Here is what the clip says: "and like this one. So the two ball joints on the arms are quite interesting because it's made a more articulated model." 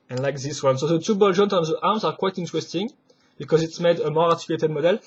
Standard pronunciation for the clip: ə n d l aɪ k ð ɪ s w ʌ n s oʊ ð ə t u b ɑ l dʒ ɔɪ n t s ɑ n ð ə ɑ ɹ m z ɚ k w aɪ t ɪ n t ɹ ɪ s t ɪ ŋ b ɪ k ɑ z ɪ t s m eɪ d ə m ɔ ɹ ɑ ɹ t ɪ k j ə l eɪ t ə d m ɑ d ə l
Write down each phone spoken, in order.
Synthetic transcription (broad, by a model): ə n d l aɪ k ð ɪ s w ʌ n s oʊ ð ə t u b ɑ l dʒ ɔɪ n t ɑ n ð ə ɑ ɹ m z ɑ k w aɪ t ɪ n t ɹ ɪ s t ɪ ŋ b ɪ k ɑ z ɪ t s m eɪ d ə m ɔ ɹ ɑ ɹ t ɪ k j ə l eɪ t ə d m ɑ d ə l